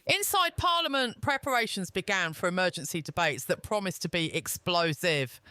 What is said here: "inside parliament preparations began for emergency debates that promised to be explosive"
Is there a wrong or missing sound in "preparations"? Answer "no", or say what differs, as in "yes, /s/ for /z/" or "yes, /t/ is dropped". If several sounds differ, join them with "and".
no